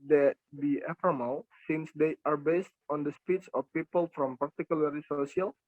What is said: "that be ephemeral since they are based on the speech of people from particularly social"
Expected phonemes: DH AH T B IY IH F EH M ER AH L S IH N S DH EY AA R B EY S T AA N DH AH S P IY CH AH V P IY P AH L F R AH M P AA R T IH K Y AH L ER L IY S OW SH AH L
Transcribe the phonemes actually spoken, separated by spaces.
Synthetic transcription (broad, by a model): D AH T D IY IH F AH M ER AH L S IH N S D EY AA R B EY S T AA N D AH S P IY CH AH F P IY P AH L F R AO M P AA R T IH K Y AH L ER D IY S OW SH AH L